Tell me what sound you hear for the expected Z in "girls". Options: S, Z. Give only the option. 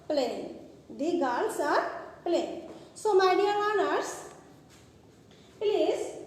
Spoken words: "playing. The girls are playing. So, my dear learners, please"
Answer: S